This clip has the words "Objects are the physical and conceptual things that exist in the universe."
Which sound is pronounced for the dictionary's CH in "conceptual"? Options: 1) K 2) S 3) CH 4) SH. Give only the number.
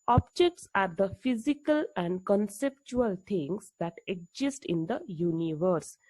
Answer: 3